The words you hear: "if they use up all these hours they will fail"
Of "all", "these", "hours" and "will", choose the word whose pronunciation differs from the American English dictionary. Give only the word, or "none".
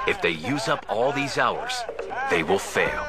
none